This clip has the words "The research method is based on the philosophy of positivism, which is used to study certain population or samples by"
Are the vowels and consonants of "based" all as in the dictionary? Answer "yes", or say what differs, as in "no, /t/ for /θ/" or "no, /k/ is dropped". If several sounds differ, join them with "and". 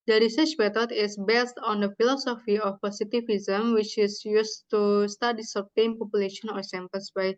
yes